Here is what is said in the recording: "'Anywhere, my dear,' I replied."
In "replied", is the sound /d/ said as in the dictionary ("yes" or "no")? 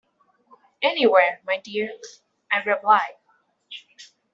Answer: no